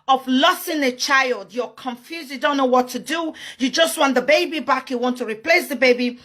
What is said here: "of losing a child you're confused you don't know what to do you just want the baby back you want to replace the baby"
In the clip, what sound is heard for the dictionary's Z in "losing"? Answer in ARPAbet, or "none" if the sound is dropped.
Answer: S